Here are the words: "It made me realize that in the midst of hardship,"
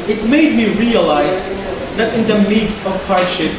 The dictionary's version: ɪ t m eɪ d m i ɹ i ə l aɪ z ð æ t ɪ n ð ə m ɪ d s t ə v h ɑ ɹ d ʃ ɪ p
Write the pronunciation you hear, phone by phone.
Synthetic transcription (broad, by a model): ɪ t m eɪ d m i ɹ i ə l aɪ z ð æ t ɪ n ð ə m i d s ə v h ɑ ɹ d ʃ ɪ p